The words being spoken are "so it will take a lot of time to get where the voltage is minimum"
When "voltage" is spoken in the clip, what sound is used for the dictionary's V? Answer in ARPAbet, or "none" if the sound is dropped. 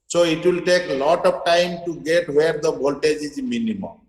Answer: B